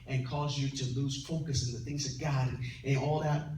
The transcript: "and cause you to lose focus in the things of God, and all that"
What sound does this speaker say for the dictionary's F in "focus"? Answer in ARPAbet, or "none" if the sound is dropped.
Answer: P